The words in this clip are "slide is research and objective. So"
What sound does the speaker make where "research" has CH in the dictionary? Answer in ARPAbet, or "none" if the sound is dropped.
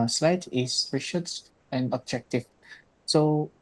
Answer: S